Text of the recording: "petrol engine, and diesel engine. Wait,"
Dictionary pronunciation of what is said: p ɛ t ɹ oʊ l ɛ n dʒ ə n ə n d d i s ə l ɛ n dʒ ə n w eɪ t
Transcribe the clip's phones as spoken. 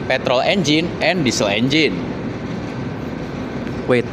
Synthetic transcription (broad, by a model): p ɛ t ɹ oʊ l ɛ n dʒ ə n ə n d d i s ə l ɛ n dʒ ə n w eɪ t